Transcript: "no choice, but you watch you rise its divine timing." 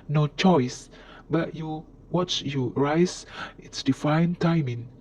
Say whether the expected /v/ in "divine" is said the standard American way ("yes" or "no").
no